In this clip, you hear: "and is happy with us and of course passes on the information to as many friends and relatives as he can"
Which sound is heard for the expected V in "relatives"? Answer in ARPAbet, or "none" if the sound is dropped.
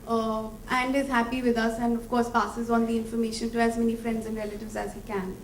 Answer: V